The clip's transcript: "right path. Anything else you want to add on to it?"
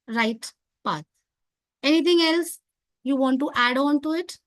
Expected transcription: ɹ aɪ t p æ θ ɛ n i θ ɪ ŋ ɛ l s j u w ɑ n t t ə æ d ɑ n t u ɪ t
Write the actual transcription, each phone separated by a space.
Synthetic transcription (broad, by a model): ɹ aɪ t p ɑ t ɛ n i t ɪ ŋ ɛ l s j u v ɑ n t t æ d ɑ n t u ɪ t